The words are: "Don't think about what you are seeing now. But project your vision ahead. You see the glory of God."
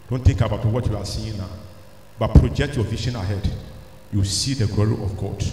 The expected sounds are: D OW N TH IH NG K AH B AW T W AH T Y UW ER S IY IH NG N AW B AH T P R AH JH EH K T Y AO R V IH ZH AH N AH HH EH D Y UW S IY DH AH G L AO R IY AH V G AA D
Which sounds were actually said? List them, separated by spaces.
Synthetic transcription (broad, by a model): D OW N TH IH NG K AH B AW T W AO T Y UW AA S IY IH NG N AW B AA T P R AH JH EH K T Y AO V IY SH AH N AH HH EH D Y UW S IY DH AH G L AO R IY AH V G AA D